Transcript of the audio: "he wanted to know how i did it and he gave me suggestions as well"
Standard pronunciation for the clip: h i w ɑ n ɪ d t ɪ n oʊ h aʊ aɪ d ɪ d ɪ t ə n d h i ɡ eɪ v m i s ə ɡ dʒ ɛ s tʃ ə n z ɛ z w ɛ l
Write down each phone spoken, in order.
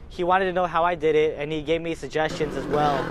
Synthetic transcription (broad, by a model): h i w ɑ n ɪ d t ɪ n oʊ h aʊ aɪ d ɪ d ɪ t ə n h i ɡ eɪ v m i s ə ɡ dʒ ɛ s tʃ ə n z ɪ z w ɛ l